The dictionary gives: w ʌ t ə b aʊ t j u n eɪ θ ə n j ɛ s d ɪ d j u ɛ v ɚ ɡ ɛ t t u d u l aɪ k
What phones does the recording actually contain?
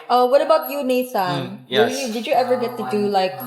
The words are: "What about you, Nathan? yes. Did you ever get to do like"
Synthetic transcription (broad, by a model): w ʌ t ə b aʊ t j u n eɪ s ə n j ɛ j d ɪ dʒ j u ɛ v ɚ ɡ ɛ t t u d u l aɪ k